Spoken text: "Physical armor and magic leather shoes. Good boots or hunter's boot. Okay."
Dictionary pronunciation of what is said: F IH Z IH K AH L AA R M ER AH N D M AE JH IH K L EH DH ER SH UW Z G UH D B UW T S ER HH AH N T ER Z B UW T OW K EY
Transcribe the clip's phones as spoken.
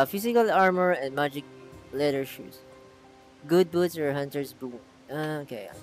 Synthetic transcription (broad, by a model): F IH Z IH K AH L AA R M ER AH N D M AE JH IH K L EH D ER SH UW S G UH D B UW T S ER HH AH N T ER S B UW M OW K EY